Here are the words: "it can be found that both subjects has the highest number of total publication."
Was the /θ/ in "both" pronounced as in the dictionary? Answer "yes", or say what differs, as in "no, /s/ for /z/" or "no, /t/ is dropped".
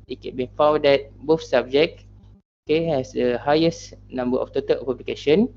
no, /f/ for /θ/